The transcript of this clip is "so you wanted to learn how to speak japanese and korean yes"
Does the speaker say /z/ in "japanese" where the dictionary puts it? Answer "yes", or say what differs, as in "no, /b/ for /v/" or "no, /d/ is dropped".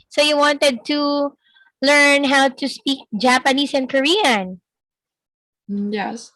no, /s/ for /z/